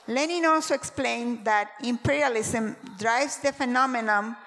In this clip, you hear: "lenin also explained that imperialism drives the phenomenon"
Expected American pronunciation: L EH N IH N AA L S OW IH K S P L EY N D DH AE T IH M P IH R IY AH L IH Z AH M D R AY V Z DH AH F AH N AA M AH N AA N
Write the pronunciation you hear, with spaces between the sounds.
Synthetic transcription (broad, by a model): L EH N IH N AA L S OW IH K S P L EY N D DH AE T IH M P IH R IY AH L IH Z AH M D R AY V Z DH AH F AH N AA M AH N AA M